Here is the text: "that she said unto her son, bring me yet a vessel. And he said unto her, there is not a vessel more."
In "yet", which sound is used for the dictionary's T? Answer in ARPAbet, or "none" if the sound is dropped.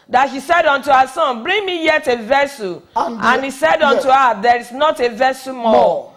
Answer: T